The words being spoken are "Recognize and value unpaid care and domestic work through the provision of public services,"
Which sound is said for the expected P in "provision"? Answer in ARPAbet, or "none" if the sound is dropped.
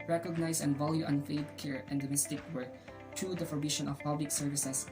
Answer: F